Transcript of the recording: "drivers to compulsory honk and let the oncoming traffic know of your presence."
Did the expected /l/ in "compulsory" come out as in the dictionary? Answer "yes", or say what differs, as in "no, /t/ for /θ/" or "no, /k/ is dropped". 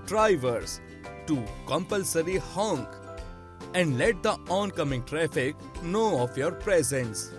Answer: yes